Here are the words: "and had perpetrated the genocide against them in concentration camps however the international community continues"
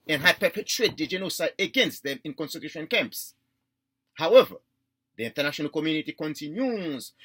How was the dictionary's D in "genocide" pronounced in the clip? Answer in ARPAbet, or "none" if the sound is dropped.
none